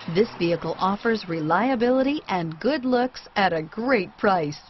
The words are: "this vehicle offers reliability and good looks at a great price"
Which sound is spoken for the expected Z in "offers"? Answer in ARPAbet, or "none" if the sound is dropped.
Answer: Z